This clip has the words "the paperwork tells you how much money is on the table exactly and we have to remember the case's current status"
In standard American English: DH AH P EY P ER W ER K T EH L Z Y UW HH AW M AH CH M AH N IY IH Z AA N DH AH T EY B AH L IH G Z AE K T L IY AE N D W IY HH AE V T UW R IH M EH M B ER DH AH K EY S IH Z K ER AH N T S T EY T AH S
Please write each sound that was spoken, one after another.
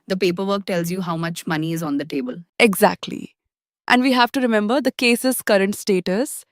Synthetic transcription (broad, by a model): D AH P EY P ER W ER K T EH L Z Y UW HH AW M AH CH M AH N IY IH Z AA N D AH T EY B AH L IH G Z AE K T L IY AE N D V IY HH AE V T UW R IH M EH M B ER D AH K EY S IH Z K ER AH N T S T EY T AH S